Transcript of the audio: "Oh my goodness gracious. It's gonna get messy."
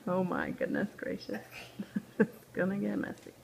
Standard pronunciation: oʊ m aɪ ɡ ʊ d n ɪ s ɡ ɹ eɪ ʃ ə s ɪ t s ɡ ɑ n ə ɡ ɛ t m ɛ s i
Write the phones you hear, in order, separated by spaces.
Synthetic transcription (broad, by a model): oʊ m aɪ ɡ ʊ d n ɪ s ɡ ɹ eɪ ʃ ə s ɪ t s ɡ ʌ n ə ɡ ɛ t m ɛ s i